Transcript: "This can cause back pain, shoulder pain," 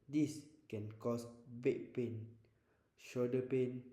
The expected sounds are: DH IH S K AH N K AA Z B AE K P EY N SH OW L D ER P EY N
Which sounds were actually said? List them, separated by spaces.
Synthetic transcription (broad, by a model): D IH S K AH N K AA S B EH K P EY N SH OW D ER P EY N